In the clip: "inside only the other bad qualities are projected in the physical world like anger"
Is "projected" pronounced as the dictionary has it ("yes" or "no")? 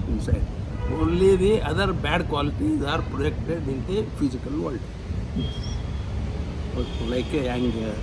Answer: no